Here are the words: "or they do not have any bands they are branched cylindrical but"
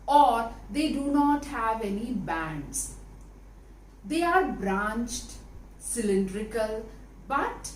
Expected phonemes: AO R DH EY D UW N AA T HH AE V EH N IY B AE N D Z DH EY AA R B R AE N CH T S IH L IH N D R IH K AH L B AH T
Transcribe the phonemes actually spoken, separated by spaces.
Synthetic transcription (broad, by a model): AO R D EY D UW N AA T HH AE V EH N IY B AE N D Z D EY AA R B R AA N CH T S IH L IH N D R IH K AH L B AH T